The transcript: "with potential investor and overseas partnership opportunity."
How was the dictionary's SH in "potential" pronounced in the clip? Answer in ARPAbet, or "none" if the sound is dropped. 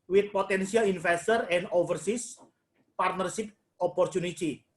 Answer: S